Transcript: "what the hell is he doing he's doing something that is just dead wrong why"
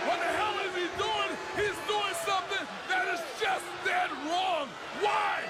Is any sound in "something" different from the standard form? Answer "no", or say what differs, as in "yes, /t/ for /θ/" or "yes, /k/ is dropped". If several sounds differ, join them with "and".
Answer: no